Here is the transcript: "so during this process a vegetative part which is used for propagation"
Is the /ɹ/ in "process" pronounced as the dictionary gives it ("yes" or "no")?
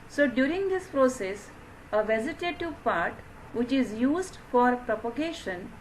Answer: yes